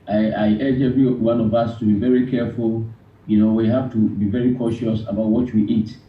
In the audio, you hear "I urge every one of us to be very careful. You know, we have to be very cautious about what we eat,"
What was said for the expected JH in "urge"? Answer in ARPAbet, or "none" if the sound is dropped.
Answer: JH